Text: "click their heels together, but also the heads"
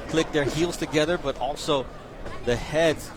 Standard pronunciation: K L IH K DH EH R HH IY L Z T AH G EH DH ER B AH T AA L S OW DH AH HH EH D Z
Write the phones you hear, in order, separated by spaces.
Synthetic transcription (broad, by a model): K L IH K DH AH R HH IY L Z T AH G EH DH ER B AH T AA L S OW DH AH HH EH D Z